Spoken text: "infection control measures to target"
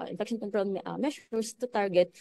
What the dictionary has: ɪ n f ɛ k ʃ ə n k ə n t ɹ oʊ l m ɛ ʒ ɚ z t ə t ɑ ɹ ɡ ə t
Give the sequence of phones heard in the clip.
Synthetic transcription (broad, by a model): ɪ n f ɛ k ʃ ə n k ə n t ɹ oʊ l m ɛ ʃ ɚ s t ə t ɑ ɹ ɡ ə t